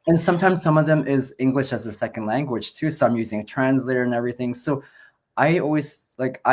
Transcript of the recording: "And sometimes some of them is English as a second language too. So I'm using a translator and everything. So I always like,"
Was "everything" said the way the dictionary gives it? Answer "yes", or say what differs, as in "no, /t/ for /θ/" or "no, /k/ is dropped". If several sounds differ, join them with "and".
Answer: yes